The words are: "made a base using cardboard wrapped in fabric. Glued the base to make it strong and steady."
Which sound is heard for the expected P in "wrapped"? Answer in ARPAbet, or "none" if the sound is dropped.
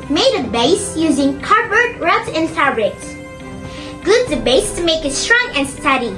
none